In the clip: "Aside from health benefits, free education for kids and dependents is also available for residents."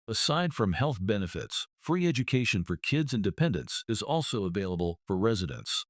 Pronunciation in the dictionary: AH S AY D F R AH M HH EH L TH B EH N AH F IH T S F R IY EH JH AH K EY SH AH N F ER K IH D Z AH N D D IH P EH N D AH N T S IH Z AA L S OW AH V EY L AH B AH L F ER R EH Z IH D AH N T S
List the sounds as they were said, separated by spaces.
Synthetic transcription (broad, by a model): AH S AY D F R AH M HH EH L TH B EH N AH F IH T S F R IY EH JH AH K EY SH AH N F ER K IH D Z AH N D D IH P EH N D AH N T S IH Z AA L S OW AH V EY L AH B AH L F ER R EH Z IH D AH N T S